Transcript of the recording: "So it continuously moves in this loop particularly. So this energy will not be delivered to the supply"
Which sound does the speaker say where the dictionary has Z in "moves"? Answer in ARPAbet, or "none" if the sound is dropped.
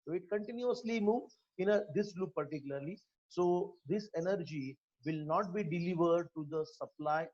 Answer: none